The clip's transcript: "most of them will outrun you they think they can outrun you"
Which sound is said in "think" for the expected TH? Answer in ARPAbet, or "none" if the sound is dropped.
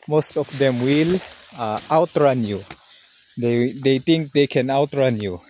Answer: T